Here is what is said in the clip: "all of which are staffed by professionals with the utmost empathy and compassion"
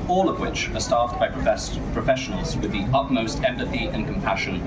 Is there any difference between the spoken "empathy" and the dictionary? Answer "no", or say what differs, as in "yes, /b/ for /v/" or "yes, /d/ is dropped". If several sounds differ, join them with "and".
no